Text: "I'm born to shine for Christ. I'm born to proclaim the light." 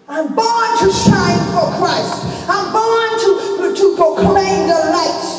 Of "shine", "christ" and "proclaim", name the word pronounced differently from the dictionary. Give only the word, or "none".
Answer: none